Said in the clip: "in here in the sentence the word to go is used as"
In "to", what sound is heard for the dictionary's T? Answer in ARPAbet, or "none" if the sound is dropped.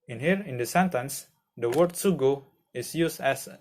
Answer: S